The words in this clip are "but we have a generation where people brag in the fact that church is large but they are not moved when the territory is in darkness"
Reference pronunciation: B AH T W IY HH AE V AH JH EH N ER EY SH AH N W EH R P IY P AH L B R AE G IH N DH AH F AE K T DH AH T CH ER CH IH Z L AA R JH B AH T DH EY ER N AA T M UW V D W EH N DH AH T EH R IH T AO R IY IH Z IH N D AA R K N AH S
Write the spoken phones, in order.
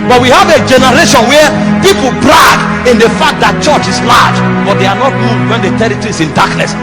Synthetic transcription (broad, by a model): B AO T W IY HH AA V AH JH EH N ER EY SH AH N W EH P IY P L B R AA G IH N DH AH F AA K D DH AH T CH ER CH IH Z L AA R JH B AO T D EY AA N AA T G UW D W EH N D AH T EH R IH T AO R IY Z IH N D AA K N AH S